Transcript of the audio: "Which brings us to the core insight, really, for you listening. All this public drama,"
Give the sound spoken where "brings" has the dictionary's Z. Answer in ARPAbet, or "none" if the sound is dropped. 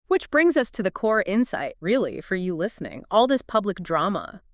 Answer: Z